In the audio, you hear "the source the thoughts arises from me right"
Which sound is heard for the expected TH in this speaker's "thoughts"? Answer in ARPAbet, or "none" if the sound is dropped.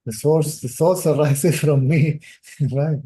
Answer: S